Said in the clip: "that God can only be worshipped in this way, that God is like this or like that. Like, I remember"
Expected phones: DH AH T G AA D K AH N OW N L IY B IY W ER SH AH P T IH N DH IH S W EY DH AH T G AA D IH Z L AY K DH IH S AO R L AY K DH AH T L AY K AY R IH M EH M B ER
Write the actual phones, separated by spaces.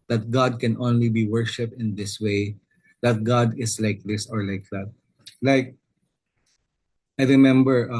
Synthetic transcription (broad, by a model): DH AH T G AA D K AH N OW N L IY B IY W ER SH AH P T IH N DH IH S W EY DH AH T G AA D IH S L AY K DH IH S AO R L AY K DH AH T L AY K AY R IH M EH M B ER